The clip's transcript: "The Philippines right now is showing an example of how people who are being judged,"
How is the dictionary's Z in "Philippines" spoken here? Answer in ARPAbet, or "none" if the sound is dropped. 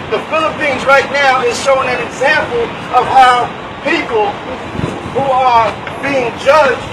Z